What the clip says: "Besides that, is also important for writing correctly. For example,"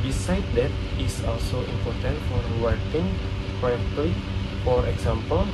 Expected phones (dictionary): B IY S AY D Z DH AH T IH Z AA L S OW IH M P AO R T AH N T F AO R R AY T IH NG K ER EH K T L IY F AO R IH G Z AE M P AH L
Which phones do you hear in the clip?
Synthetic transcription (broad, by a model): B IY S AY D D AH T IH S AA L S OW IH M P AO R T AH N T F AO R W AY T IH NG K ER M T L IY F AO R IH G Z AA M P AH L